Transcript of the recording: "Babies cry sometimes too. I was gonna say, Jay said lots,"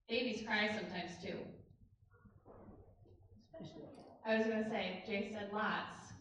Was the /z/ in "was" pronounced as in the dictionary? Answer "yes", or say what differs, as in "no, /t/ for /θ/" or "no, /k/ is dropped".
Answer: yes